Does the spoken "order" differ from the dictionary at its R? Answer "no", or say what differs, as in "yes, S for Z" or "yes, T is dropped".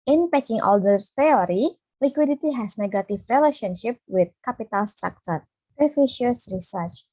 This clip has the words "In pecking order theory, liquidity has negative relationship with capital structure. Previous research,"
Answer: yes, L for R